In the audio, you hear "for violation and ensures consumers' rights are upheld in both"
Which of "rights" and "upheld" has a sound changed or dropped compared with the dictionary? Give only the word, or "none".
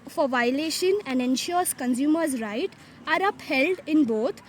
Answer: rights